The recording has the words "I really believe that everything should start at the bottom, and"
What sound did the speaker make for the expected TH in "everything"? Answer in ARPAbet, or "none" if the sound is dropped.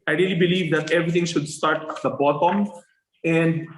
T